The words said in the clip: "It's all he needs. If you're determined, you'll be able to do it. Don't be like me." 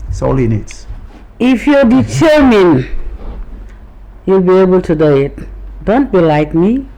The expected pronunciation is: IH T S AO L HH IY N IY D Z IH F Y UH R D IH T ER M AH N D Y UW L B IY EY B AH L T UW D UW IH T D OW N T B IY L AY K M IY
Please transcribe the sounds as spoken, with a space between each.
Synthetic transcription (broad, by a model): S AO L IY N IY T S IH F Y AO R D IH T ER M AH N Y UW L B IY EY B AH L T UW D UW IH T D OW N T B IY L AY K M IY